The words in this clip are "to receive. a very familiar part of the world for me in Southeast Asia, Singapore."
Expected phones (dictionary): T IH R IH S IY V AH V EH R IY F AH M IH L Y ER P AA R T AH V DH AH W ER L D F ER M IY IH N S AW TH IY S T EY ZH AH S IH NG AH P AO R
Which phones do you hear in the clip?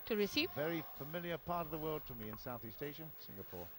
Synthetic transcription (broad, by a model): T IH R IH S IY V V EH R IY F AH M IH L Y ER P AA R T AH V DH AH W ER L D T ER M IY IH N S AW TH IY S T EY SH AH S IH NG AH P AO R